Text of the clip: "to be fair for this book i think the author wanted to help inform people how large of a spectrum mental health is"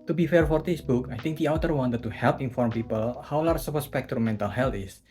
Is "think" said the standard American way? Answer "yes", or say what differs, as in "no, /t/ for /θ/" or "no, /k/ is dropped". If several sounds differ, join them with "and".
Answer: no, /t/ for /θ/